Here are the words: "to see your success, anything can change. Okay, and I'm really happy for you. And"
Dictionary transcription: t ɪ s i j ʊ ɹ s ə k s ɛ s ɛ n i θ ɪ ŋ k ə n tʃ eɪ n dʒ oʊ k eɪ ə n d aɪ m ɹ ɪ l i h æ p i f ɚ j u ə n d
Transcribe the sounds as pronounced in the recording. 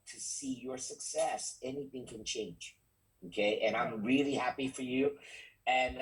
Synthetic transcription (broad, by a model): t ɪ s i j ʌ ɹ s ə k s ɛ s ɛ n i θ ɪ ŋ k ə n tʃ eɪ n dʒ oʊ k eɪ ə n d aɪ m ɹ ɪ l i h æ p i f ɚ j u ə n